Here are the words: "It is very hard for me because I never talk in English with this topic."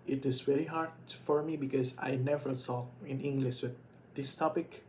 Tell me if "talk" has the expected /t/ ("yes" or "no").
no